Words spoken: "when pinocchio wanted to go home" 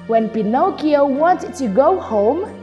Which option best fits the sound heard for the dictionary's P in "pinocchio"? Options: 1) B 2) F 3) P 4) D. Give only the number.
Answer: 3